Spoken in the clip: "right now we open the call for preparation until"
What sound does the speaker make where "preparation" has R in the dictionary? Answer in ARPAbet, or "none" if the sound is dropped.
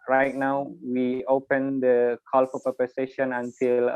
none